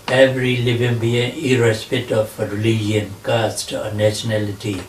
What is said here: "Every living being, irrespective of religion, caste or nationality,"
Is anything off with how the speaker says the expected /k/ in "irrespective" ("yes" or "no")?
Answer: yes